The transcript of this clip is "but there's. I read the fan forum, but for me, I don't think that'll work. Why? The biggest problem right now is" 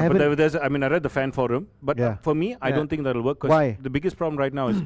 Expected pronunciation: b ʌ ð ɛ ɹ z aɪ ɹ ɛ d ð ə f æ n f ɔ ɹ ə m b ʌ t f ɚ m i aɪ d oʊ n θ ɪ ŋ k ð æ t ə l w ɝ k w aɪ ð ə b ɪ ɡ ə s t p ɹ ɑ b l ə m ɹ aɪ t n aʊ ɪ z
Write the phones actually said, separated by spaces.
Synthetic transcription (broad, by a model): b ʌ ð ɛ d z aɪ ɹ ɛ d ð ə f æ n f ɔ ɹ ə m b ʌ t f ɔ m i aɪ d oʊ n t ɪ ŋ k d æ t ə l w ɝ k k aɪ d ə b ɪ ɡ ə s t p ɹ ɑ b l ə m ɹ aɪ t n aʊ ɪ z